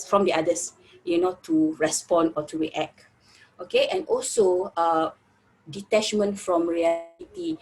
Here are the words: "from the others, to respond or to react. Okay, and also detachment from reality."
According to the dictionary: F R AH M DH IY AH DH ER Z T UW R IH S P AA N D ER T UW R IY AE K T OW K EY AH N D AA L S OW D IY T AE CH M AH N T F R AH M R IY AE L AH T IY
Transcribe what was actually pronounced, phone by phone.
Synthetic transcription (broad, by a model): F R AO M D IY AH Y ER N T UW R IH S P AA N AO T UW R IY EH K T OW K EY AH N AA L S OW D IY T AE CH M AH N T F R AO M R IY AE L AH T IY